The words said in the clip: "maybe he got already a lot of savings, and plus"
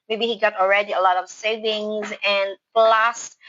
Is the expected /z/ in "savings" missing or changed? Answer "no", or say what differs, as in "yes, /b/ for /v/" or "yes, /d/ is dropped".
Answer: no